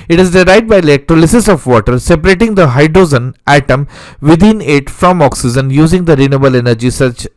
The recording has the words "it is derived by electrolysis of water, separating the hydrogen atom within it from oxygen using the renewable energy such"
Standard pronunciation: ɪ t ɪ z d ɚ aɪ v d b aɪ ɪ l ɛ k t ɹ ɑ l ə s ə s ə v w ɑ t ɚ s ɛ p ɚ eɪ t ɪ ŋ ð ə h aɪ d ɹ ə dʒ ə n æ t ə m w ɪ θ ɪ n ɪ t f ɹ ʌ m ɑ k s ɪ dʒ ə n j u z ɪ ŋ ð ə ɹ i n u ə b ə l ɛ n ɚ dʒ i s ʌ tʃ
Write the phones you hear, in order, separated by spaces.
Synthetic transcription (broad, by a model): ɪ t ɪ z d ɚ aɪ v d b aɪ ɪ l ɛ k t ɹ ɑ l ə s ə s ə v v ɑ t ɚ s ɛ p ɚ eɪ t ɪ ŋ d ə h aɪ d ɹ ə z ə n æ t ə m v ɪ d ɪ n ɪ t f ɹ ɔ m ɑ k s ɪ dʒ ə n j u z ɪ ŋ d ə ɹ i n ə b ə l ɛ n ɚ dʒ i s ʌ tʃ